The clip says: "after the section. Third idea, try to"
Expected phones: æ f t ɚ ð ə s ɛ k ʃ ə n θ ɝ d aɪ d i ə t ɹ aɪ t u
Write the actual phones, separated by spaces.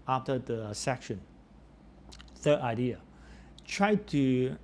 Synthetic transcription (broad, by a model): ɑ f t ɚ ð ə s ɛ k ʃ ə n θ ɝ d aɪ d i ə t ɹ aɪ t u